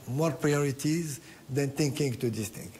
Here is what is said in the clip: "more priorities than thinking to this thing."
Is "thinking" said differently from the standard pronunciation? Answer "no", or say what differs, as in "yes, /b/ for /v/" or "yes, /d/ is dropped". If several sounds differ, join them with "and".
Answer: yes, /t/ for /θ/